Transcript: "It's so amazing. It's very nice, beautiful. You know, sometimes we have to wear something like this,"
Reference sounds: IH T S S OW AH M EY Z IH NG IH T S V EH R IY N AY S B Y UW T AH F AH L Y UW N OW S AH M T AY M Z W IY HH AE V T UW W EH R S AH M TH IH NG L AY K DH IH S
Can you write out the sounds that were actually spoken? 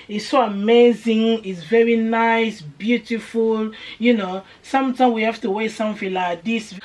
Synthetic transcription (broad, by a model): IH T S S OW AH M EY Z IH NG IH T S V EH R IY N AY S B Y UW T AH F AH L Y UW N OW S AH M T AY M W IY HH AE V T UW W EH S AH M F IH L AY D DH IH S